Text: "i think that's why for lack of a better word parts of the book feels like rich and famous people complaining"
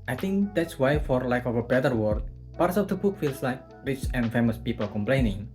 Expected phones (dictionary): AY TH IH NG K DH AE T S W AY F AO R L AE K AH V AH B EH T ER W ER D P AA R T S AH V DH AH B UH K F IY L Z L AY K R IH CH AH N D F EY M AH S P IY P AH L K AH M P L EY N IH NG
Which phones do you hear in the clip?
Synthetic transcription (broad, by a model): AY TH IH NG K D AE T S W AY F AO R L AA K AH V AH B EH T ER W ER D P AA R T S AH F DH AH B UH K F IY L S L AY K R IH CH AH N F EY M AH S P IY P AH L K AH M P L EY N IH NG